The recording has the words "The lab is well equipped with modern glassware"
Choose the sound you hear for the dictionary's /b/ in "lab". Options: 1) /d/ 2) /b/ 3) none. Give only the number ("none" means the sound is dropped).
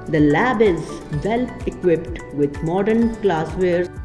2